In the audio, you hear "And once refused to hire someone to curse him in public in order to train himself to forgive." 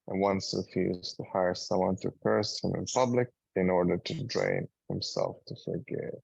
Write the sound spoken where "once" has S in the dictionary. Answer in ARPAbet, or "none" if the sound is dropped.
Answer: S